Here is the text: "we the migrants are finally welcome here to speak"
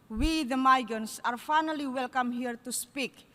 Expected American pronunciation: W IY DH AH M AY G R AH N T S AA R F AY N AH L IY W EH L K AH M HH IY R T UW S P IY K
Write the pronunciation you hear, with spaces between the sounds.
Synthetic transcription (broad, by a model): W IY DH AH M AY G AH N S AA R F AY N AH L IY W EH L K AH M HH IY R T UW S P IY K